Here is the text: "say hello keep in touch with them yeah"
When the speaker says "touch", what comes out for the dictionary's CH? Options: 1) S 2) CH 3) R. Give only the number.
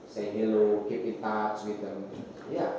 1